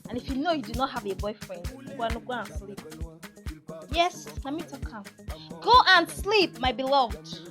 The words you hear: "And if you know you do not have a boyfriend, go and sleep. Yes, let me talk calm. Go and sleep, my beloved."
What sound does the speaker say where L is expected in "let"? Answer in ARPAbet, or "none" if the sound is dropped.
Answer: N